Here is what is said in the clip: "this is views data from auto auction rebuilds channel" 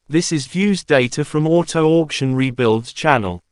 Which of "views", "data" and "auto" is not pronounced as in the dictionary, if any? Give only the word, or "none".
none